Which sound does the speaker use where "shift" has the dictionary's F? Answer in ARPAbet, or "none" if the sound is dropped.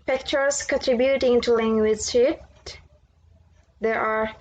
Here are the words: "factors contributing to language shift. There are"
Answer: none